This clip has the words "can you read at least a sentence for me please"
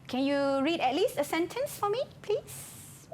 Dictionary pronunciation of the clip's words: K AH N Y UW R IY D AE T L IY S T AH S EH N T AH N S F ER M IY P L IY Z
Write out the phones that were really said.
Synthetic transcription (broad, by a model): K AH N Y UW R IY D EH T L IY S T AH S EH N T AH N S F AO M IY P L IY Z